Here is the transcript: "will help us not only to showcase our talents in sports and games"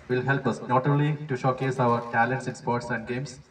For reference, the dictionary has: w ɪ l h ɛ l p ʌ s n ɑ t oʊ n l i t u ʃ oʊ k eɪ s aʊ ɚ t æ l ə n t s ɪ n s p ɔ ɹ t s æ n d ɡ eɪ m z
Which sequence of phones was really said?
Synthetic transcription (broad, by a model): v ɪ l h ɛ l p ʌ s n ɑ t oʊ l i t u ʃ oʊ k eɪ s aʊ ɚ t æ l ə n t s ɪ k s p ɔ ɹ t s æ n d ɡ eɪ m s